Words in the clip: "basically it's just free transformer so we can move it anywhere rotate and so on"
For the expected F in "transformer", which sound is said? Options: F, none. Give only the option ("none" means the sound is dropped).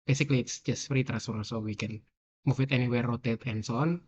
none